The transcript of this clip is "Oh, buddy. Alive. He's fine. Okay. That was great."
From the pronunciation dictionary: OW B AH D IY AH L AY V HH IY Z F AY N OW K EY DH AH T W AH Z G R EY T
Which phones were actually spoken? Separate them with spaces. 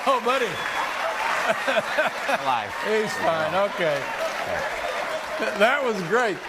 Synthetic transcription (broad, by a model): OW B AH D IY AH IH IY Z F AY N OW K EY DH AH T W AH Z G R EY T